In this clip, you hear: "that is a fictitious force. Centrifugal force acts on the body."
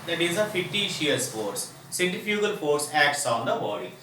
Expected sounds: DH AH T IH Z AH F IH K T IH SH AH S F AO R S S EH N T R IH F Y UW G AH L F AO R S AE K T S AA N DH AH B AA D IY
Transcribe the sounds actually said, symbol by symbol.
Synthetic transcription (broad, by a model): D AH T IH Z AH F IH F T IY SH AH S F AO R S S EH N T IH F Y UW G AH L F AO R S AE K T S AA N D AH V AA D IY